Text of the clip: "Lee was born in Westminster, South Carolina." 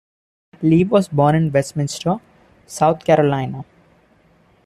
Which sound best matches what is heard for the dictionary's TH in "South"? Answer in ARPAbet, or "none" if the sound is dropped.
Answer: T